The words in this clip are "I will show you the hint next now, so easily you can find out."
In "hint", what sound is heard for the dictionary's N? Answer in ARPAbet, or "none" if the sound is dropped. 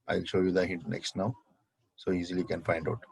none